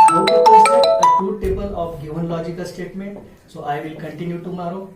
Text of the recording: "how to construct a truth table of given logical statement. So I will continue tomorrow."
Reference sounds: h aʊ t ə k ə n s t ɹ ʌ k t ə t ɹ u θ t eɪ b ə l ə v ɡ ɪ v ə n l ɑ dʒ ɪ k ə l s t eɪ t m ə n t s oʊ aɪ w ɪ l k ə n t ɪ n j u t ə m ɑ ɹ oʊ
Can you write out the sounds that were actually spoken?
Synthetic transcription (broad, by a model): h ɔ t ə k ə s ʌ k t ə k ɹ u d t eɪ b ə l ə f ɡ ɪ v ə n l ɑ dʒ ɪ k ə l s t eɪ t m ə n t s oʊ aɪ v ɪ l k ə n t ɪ n j u t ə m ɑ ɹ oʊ